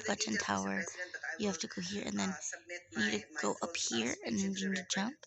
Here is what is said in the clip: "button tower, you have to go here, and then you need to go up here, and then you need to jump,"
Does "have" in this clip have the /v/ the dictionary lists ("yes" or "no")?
no